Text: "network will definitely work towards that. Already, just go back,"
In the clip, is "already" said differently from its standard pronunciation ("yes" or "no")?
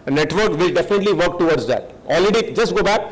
yes